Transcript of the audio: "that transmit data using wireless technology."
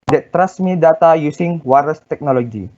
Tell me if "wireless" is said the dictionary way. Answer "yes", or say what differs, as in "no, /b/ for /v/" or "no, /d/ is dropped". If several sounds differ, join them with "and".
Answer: no, /l/ is dropped